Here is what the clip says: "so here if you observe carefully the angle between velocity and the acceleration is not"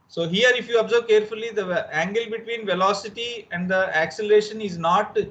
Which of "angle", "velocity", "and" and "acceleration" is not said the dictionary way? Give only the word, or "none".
none